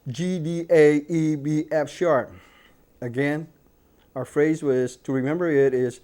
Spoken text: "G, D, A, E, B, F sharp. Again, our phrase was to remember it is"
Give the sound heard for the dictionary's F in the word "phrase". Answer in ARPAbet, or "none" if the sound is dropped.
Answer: F